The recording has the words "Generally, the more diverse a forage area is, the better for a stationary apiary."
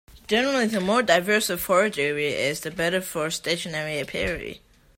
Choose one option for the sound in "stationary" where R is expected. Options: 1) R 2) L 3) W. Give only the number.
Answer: 1